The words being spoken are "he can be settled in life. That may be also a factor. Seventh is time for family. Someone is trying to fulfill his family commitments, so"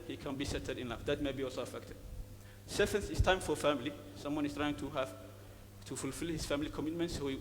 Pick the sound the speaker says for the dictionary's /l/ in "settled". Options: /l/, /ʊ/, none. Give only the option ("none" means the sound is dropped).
none